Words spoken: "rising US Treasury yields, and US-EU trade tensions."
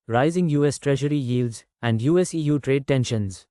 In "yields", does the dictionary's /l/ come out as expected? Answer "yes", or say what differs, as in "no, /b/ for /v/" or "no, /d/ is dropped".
yes